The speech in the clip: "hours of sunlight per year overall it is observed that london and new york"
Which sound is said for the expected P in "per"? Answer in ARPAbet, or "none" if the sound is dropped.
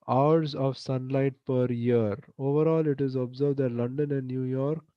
P